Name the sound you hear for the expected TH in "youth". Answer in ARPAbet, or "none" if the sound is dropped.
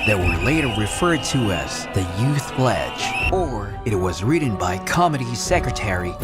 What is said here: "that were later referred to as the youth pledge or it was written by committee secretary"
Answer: TH